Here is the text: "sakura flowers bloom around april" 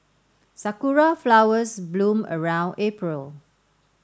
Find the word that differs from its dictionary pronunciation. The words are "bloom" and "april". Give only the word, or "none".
none